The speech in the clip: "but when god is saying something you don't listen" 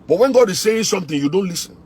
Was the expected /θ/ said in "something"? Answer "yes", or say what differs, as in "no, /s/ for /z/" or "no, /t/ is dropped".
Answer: no, /t/ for /θ/